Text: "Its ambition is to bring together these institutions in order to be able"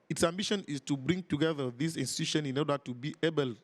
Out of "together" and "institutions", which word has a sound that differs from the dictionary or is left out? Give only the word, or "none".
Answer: institutions